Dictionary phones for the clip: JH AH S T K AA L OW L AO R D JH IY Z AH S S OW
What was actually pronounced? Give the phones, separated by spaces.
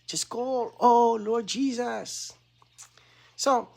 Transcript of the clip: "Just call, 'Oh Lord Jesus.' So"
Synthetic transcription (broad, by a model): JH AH S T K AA L OW L AO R D JH IY Z AH S S OW